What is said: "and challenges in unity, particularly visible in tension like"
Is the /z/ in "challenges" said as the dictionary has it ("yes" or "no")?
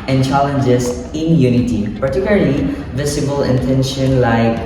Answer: no